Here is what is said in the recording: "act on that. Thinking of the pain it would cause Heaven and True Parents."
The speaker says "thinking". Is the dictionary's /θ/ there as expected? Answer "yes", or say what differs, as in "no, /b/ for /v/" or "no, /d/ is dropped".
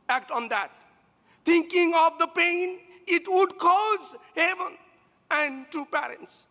no, /t/ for /θ/